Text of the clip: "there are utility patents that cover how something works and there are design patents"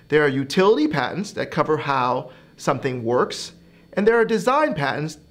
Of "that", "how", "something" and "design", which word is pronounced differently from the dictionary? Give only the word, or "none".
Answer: none